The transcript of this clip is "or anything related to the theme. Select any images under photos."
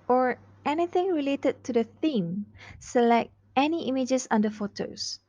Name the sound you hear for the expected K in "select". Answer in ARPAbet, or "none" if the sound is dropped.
K